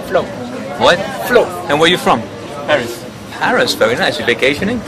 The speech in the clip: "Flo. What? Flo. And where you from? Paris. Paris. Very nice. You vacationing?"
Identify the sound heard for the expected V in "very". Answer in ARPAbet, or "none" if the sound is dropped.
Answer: F